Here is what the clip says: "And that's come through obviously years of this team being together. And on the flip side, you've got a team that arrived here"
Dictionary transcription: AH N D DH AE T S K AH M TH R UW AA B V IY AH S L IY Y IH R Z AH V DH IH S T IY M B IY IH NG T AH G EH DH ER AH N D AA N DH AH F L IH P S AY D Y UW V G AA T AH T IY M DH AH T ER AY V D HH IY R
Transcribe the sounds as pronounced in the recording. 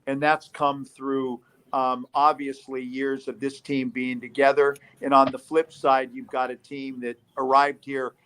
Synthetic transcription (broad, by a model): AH N DH AE T S K AH M TH R UW AA B V IY AH S L IY Y IH R Z AH V DH IH S T IY M B IY IH NG T AH G EH DH ER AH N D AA N DH AH F L IH P S AY D Y UW V G AA T AH T IY M DH AH T ER AY V D HH IY R